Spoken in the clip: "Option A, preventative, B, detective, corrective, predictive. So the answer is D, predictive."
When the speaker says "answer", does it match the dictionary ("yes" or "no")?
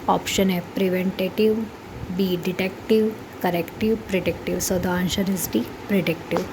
no